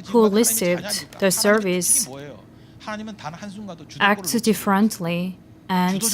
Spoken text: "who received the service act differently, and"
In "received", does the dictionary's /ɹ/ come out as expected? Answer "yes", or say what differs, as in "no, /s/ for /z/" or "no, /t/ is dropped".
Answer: no, /l/ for /ɹ/